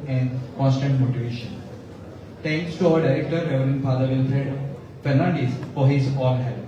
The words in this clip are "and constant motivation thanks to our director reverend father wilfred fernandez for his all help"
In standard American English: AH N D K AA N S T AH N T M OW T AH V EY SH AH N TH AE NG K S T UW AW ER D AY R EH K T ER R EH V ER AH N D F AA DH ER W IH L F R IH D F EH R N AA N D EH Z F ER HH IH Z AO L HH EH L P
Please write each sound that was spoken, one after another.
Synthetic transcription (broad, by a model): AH N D K AA N S T AH N T M OW T AH V EY SH AH N T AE NG K S T UW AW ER D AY R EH K T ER R EH V ER AH N D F AA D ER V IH L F R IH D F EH R N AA N D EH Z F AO HH IH Z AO N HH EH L